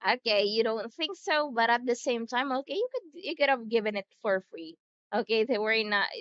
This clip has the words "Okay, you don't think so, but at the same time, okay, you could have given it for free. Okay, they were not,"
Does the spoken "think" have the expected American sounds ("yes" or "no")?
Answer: yes